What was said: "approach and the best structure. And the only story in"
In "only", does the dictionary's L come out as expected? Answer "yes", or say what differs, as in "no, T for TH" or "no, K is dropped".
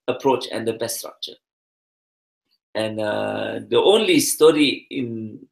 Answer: yes